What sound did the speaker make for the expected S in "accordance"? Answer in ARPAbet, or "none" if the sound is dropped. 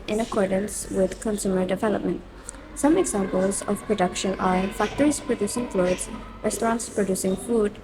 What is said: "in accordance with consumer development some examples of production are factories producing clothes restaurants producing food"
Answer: S